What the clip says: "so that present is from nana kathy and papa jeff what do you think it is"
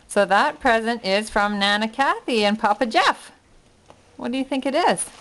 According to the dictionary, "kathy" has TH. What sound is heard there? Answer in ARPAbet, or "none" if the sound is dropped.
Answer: TH